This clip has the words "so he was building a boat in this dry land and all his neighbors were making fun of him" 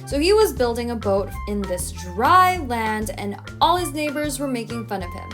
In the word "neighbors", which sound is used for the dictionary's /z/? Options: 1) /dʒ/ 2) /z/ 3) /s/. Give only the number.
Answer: 2